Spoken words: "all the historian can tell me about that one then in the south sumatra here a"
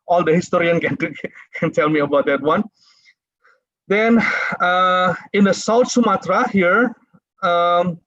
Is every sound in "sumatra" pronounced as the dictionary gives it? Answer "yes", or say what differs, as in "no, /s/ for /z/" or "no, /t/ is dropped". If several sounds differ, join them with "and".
yes